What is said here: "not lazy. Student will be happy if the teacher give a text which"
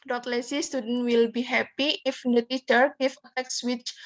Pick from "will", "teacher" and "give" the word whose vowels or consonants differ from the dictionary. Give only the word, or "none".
give